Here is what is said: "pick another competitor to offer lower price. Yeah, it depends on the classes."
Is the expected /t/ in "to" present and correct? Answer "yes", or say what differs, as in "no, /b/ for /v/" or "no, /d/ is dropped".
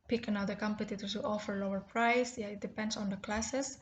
no, /s/ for /t/